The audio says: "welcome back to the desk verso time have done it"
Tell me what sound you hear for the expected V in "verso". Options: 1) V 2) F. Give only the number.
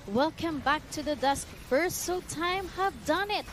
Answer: 2